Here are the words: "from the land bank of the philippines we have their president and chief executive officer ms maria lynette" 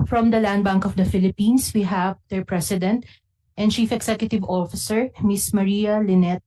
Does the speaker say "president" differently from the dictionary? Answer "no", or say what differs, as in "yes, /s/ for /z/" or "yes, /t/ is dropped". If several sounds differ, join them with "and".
yes, /s/ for /z/